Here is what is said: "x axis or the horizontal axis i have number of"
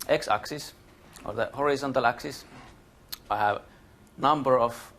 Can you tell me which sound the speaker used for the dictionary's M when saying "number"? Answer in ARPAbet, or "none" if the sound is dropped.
M